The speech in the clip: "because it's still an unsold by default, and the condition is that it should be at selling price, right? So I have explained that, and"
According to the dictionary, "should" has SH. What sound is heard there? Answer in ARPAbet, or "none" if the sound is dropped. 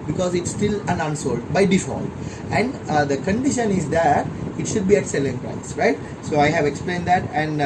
SH